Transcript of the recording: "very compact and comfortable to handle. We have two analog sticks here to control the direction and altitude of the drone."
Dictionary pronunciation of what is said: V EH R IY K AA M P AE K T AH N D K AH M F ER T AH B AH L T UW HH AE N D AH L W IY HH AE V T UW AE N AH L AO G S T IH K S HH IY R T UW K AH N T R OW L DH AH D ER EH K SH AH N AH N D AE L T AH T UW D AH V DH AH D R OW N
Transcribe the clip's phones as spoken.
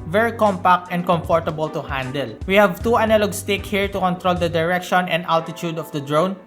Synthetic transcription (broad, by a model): V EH R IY K AA M P AE K T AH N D K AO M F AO T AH B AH L T UW HH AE N D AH L W IY HH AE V T UW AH N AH L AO G S T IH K HH IY R T UW K AH N T R OW L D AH D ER EH K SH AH N AH N D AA L T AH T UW D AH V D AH D R OW N